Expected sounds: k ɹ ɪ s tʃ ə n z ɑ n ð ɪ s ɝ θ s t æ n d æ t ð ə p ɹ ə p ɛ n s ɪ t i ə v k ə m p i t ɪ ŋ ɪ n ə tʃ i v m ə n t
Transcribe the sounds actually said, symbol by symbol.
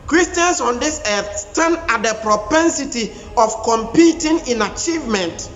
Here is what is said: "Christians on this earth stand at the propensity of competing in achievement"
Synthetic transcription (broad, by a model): k ɹ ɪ s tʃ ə n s ɑ n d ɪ s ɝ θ s t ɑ n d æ t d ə p ɹ ə p ɛ n s ɪ t i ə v k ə m p i t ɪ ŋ ɪ n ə tʃ i v m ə n t